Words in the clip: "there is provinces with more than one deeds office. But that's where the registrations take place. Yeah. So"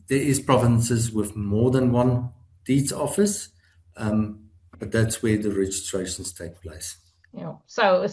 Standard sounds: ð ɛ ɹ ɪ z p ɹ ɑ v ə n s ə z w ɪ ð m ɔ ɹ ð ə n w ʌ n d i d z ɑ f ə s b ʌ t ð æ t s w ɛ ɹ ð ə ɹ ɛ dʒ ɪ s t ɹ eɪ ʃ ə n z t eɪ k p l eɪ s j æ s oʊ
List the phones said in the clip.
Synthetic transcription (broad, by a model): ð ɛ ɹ ɪ z p ɹ ɑ v ə n s ə z w ɪ ð m ɔ ð ə n w ʌ n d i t ɑ f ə s b ʌ t ð æ t s w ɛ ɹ ð ə ɹ ɛ dʒ ɪ s t ɹ eɪ ʃ ə n z t eɪ k p l eɪ s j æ s oʊ